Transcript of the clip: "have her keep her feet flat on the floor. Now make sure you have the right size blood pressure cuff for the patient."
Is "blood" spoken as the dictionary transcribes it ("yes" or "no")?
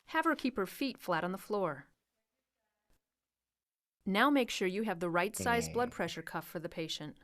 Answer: yes